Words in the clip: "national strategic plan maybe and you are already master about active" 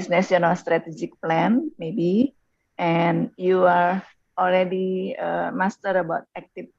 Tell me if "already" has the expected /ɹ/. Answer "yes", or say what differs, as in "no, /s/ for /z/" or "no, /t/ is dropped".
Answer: no, /l/ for /ɹ/